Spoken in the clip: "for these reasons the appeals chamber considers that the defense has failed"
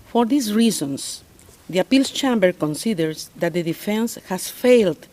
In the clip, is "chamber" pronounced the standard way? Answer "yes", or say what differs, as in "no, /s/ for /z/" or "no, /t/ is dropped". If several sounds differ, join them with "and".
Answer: yes